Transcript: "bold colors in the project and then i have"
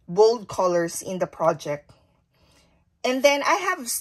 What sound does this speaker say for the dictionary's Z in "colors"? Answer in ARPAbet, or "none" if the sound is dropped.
S